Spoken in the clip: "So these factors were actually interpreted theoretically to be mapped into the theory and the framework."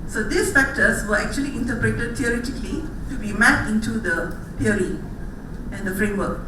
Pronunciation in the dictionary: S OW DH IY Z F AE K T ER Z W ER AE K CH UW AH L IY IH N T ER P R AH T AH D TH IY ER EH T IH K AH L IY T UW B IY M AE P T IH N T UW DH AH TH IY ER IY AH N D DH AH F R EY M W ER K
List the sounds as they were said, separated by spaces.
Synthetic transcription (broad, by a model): S OW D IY S F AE K T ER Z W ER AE K CH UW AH L IY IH N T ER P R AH T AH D T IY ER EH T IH K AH L IY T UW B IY M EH T IH N T UW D AH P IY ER IY AH N D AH F R EY M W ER K